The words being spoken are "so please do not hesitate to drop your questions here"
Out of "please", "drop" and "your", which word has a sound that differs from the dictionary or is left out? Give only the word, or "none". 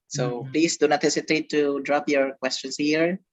please